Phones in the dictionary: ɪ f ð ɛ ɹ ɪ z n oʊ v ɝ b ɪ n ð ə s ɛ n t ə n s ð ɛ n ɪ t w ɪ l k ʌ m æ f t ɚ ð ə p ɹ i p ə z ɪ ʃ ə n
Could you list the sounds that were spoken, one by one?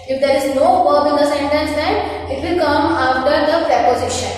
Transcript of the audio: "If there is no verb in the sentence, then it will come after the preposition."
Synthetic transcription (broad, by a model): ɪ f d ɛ ɹ ɪ z n oʊ b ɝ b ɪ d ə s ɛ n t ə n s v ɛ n ɪ t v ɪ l k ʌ m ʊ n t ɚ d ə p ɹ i p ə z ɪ ʃ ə n